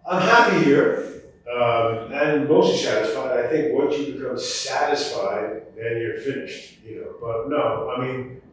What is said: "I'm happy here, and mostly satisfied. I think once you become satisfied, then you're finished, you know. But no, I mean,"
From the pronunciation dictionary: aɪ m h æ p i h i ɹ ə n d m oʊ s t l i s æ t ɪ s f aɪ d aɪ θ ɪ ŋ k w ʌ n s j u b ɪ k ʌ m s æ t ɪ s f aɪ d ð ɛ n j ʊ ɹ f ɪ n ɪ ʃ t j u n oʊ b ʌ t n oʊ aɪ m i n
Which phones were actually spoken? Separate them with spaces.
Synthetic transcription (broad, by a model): aɪ m h æ p i h i ɹ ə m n m oʊ s t l i s æ t ɪ s f aɪ d aɪ θ ɪ ŋ k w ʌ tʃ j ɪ b ɪ k ʌ m s æ t ɪ s f aɪ d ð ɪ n j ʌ ɹ f ɪ n ɪ ʃ t j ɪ n oʊ b ʌ t n oʊ aɪ m i n